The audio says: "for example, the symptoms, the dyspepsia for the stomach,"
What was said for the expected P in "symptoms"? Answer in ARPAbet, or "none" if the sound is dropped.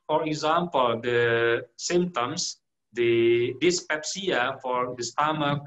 none